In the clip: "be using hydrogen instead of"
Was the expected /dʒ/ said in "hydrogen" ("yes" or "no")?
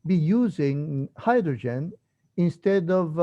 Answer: yes